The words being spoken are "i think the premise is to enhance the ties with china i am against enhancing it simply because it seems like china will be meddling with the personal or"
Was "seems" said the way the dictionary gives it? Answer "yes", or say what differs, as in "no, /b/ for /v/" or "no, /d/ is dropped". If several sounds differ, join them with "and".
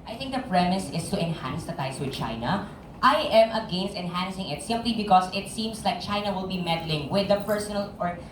no, /s/ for /z/